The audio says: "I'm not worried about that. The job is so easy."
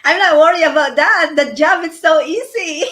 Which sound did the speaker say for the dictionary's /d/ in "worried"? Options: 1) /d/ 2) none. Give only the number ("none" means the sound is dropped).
2